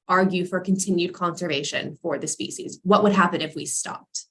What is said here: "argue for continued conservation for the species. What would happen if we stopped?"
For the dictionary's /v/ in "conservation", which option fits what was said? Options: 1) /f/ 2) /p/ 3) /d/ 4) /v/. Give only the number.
4